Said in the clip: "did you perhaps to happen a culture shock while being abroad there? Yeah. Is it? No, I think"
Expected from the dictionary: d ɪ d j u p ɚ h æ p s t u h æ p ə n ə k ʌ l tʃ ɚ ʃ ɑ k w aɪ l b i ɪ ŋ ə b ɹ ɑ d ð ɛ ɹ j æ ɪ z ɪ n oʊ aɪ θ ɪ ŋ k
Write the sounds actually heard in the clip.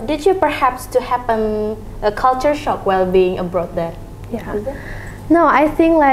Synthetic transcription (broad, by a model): d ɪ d j u p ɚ h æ p s t u h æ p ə n ə k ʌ l tʃ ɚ ʃ ɑ k w aɪ l b i ɪ ŋ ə b ɹ ɑ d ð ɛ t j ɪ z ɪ n oʊ aɪ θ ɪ ŋ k